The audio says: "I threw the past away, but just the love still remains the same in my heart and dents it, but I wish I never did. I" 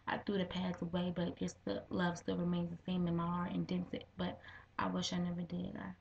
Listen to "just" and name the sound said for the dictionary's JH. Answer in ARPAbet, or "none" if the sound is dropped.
ZH